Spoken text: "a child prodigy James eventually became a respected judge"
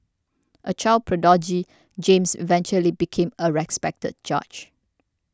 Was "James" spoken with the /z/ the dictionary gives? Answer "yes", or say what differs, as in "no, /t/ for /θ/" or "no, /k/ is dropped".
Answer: no, /s/ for /z/